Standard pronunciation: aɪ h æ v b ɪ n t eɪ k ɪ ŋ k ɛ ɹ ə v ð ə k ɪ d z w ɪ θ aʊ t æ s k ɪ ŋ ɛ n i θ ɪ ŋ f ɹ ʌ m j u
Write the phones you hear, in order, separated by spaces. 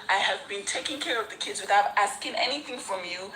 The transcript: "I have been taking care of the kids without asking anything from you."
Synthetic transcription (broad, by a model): aɪ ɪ v b ɪ n t eɪ k ɪ ŋ k ɛ ɹ ə v ð ə k ɪ d z w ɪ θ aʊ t æ s k ɪ ŋ ɛ n i θ ɪ ŋ f ɹ ʌ m j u